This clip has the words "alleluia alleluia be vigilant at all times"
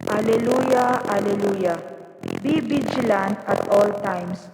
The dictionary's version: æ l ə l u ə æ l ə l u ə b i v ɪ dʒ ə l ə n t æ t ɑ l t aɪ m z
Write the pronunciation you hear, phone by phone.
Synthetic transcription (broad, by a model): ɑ l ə l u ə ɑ l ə l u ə b i b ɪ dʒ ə l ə n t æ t ɑ l t aɪ m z